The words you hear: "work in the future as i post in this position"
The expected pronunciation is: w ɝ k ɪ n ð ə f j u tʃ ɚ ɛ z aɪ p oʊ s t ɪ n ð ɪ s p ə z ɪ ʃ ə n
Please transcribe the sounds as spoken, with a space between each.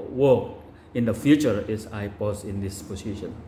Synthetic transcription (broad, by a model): w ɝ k ɪ n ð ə f j u tʃ ɚ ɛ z aɪ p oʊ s ɪ n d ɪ s p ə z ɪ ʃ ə n